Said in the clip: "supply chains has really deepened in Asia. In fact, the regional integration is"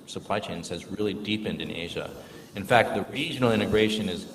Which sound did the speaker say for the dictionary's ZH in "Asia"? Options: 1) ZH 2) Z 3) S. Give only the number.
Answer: 1